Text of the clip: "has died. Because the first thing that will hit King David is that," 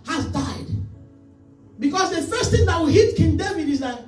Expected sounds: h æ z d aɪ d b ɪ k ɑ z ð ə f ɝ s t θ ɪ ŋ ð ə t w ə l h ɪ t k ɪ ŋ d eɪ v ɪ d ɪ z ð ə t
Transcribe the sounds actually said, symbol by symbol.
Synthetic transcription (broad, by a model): h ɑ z d aɪ d b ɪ k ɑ s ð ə f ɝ s t θ ɪ ŋ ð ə t w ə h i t k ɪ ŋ d eɪ v ɪ d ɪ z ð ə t